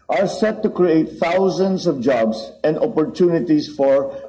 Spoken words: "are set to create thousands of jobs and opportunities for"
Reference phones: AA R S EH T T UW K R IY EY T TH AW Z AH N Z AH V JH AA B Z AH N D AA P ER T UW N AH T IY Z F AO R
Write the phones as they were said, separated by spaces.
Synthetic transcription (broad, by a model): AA R S EH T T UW K R IY EY T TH AW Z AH N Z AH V JH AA B S AH N D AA P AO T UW N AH T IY S F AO R